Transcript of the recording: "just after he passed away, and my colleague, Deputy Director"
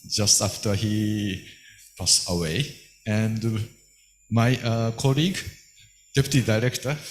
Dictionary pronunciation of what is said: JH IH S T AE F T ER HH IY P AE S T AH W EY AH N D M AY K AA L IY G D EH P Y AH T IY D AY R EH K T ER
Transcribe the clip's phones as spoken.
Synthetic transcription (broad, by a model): JH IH S T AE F T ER HH IY P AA S AH W EY AH N D M AY K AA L IY G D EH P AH T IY D AY R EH K T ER